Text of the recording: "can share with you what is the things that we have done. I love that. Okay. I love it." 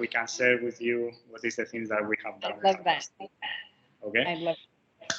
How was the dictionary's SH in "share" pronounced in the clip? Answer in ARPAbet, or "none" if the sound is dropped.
S